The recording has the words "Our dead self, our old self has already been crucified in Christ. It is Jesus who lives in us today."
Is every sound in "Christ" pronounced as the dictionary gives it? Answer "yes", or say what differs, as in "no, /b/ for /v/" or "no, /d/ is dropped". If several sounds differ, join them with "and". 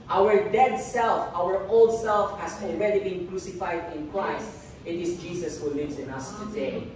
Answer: yes